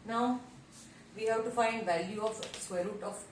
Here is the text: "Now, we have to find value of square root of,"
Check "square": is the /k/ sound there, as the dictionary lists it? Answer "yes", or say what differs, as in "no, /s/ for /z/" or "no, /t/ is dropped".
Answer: no, /k/ is dropped